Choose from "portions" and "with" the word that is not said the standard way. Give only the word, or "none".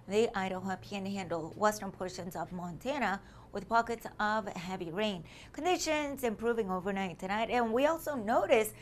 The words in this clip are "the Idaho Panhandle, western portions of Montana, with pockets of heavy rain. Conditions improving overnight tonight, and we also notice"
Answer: none